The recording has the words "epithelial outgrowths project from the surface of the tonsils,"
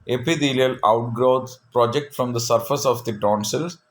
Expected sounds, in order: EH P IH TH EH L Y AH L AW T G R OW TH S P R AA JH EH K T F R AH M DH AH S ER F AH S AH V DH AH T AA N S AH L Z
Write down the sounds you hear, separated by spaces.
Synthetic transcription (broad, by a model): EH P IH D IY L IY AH L AW T G R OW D P R AA JH EH K T F R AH M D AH S ER F AH S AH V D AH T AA N S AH L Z